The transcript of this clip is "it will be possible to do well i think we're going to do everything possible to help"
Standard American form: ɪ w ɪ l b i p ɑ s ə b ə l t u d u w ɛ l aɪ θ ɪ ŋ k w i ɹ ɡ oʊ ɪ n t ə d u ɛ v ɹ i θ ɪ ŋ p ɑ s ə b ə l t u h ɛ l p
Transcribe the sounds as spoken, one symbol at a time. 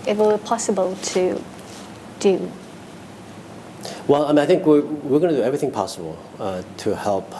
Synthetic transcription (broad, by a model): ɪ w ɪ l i p ɑ s ə b ə l t u d u w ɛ l aɪ θ ɪ ŋ k w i w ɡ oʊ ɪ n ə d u ɛ v ɹ i θ ɪ ŋ p ɑ s ə b ə l t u h ɛ l p